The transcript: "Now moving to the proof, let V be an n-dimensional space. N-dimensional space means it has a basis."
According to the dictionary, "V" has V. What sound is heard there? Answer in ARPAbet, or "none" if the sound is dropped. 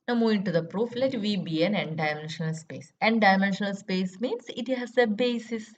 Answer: V